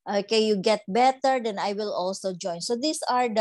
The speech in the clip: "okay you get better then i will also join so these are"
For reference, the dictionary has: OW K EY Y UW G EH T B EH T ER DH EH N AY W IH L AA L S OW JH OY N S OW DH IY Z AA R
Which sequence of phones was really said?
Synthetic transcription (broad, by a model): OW K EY Y UW G EH T B EH T ER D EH N AY W IH L AA L S OW JH OY N S OW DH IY S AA R